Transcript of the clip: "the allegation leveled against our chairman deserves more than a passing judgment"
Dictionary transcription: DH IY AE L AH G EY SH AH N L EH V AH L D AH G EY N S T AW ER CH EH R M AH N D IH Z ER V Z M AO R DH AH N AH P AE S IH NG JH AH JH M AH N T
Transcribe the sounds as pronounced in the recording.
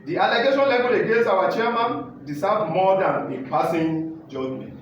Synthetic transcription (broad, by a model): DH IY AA L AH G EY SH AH N L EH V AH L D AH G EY S AW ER CH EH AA M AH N D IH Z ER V M AO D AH N AH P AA S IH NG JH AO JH M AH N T